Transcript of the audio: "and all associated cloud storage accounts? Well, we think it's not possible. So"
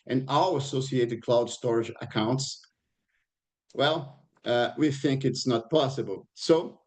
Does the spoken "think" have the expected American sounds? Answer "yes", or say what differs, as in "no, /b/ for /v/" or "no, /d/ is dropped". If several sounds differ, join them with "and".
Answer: yes